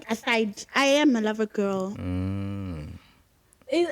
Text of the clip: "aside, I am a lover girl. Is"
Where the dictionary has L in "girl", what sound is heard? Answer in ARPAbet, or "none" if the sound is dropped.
L